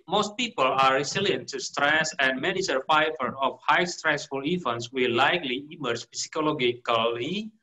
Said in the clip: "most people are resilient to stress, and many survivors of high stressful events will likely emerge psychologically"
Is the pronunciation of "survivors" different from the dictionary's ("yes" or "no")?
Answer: yes